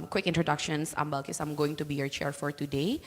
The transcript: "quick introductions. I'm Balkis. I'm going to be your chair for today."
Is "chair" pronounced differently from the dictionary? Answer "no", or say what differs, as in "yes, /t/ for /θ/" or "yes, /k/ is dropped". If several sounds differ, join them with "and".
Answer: no